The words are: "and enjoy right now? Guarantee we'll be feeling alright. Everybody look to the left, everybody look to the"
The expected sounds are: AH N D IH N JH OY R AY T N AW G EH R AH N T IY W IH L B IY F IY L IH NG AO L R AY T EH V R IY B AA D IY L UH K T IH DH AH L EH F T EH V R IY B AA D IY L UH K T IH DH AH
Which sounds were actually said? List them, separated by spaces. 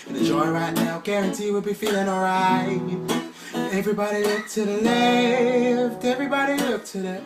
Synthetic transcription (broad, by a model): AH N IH JH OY R AY T N AW G EH R AH N T IY W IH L B IY F IY L IH NG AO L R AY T EH V R IY B AA D IY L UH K T IH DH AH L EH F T EH V R IY B AA D IY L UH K T IH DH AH